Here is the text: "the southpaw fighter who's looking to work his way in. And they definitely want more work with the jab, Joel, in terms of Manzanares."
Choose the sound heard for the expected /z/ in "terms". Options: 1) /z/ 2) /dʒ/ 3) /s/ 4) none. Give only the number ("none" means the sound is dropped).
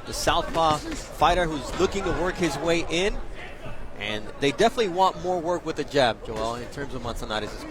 1